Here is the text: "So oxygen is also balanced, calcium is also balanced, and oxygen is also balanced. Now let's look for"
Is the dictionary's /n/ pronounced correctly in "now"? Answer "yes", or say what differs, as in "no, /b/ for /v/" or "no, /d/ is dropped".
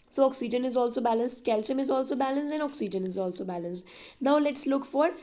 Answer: yes